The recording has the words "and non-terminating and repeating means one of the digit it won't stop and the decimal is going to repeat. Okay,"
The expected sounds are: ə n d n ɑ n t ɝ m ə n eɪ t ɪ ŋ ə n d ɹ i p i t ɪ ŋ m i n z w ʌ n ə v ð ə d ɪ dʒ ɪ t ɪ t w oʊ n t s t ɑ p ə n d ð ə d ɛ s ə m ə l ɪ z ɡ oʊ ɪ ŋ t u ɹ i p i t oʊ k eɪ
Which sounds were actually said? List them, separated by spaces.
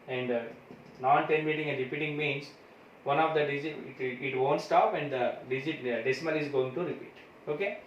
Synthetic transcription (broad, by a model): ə n d n ɑ n t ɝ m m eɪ t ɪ ŋ ə n d ɹ i p i t ɪ ŋ m i n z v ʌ n ə v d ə d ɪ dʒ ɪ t ɪ t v oʊ n t s t ɑ p ə n d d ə d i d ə m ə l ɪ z ɡ oʊ ɪ ŋ t u ɹ i p i t oʊ k eɪ